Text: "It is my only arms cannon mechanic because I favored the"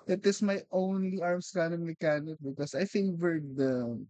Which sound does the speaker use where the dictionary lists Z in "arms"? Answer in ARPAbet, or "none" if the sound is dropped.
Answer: S